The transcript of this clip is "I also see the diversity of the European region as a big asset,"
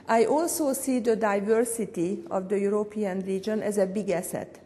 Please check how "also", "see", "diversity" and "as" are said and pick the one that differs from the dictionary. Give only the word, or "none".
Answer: none